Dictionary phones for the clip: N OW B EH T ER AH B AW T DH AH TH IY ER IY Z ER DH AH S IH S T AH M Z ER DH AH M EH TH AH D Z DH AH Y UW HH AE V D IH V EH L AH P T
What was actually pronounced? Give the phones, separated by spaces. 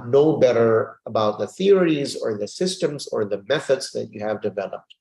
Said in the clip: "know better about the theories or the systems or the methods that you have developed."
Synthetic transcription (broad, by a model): N OW B EH T ER AH B AW T DH AH TH IY ER IY Z ER DH AH S IH S T AH M Z ER DH AH M EH TH AH D Z DH AH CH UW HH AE V D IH V EH L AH P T